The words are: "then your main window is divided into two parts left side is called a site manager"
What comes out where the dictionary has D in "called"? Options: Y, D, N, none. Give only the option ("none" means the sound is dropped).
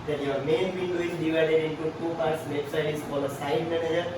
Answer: none